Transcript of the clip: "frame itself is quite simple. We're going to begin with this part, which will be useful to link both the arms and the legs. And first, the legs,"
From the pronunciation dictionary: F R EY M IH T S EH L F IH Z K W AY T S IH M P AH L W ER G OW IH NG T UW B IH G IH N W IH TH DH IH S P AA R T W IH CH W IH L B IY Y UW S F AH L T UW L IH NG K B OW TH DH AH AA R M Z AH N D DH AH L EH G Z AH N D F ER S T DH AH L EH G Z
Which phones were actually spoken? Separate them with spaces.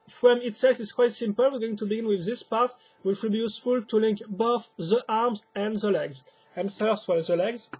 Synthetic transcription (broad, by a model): F R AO M IH T S EH L F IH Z K W AY T S IH M P AH L W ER G OW IH NG T UW B IH G IH N W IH DH IH S P AA R T W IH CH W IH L B IY Y UW S F AH L T UW L IH NG K B OW TH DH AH AA R M Z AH N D DH AH L EH G Z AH N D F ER S T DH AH L EH G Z